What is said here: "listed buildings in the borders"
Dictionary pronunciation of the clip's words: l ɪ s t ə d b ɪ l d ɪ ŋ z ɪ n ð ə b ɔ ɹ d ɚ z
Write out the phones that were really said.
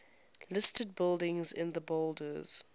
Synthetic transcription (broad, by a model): l ɪ s t ə d b ɪ l d ɪ ŋ z ɪ n ð ə b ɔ l d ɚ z